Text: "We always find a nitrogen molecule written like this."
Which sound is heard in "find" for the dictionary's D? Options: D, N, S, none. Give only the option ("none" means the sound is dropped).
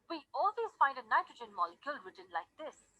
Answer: D